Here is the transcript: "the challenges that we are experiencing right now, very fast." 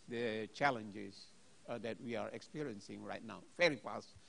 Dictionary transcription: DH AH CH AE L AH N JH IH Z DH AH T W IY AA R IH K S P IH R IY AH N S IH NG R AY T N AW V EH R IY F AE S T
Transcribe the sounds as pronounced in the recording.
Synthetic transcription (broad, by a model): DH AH CH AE L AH N JH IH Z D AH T W IY AA R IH K S P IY R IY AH N S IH NG R AY T N AW F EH R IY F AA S